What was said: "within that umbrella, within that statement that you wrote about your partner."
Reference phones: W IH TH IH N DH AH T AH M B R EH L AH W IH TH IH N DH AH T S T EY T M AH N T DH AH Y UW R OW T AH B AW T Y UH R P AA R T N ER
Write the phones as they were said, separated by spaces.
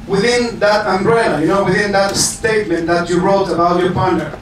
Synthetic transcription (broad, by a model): W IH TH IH N DH AH T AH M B R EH N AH W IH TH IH N DH AH T S T EY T M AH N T DH AH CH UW R OW T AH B AW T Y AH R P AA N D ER